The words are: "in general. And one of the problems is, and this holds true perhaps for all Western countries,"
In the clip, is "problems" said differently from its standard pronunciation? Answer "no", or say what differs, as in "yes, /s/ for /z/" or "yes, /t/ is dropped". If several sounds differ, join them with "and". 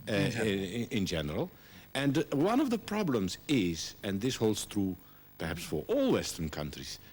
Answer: no